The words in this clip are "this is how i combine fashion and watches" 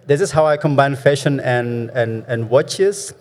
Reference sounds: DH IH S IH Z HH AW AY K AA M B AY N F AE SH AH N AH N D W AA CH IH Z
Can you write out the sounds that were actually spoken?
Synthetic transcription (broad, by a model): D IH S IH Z HH AW AY K AA M B AY N F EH SH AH N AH N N W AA CH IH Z